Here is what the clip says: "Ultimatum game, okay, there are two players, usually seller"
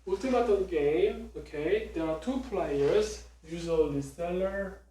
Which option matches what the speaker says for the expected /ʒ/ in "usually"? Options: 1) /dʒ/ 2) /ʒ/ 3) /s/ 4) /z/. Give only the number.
4